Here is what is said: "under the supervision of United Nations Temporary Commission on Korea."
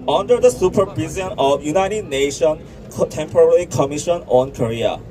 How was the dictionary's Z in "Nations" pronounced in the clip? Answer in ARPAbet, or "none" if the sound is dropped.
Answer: none